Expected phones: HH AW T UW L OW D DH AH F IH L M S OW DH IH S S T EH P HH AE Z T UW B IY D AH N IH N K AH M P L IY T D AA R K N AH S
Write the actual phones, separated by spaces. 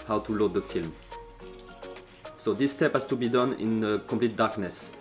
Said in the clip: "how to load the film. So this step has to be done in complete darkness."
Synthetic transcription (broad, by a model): HH AW T UW L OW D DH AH F IH L M S OW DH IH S S T EH P HH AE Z T UW B IY D AH N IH N K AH P L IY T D AA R K N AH S